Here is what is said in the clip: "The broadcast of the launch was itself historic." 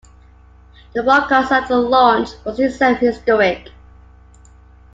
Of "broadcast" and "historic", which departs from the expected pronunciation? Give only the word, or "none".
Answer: broadcast